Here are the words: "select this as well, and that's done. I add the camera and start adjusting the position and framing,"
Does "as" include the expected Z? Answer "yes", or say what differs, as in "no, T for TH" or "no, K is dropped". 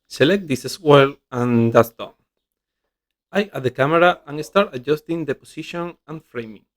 no, S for Z